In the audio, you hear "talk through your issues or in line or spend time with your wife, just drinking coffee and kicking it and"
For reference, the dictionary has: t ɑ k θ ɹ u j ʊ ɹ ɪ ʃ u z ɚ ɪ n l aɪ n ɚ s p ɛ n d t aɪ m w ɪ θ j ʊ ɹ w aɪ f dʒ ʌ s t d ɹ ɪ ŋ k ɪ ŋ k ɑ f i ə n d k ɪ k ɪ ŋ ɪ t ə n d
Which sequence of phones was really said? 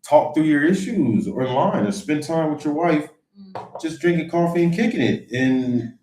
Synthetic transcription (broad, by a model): t ɑ k θ ɹ u j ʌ ɹ ɪ ʃ u z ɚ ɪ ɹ l aɪ n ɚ s p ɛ n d t aɪ m w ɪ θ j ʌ ɹ w aɪ f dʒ ʌ s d ɹ ɪ ŋ k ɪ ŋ k ɑ f i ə n k ɪ k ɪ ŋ ɪ t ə n